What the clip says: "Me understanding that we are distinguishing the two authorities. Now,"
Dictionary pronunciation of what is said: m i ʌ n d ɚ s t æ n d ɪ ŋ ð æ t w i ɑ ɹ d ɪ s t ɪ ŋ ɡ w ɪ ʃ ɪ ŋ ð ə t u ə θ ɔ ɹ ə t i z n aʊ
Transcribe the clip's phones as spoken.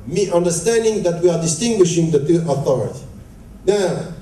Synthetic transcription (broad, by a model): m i ʌ n d ɚ s t æ n d ɪ ŋ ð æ t w i ɑ ɹ d ɪ s t ɪ ŋ ɡ w ɪ ʃ ɪ ŋ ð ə t u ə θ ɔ ɹ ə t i n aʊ